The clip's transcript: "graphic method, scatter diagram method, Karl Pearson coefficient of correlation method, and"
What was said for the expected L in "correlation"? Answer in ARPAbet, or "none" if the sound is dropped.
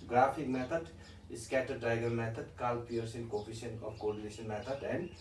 N